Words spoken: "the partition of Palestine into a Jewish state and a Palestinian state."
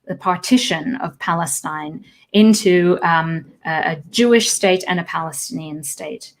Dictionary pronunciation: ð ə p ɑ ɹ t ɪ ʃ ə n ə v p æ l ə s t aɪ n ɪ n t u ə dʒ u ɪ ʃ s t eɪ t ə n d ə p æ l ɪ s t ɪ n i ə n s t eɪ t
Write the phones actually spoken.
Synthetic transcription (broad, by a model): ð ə p ɑ ɹ t ɪ ʃ ə n ə v p æ l ə s t aɪ n ɪ n t u ə dʒ u ɪ ʃ s t eɪ t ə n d ə p æ l ɪ s t ɪ n i ə n s t eɪ t